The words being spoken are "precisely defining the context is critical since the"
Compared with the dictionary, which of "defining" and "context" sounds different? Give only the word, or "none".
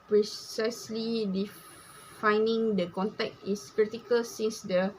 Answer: context